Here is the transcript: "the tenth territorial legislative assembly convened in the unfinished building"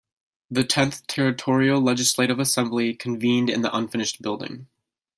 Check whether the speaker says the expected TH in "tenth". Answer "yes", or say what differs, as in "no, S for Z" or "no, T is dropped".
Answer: yes